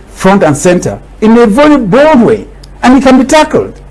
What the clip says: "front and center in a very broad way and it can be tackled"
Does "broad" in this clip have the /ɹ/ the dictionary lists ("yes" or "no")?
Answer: no